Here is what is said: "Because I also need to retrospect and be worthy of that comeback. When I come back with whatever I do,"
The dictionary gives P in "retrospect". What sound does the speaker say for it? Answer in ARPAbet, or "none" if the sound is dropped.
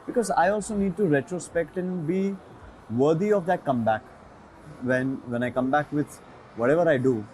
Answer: P